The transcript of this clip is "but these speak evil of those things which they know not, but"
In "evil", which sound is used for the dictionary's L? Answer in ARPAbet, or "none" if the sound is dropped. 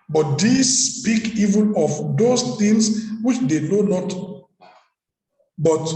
N